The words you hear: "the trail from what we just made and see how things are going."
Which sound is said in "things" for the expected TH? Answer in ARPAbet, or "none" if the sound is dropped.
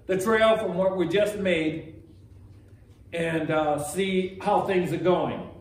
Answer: TH